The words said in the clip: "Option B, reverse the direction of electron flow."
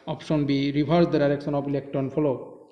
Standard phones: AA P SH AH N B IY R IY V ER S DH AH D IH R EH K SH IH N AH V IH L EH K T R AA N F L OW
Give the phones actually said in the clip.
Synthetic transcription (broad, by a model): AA P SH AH N B IY R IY B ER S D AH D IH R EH K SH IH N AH P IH L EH K T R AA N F L OW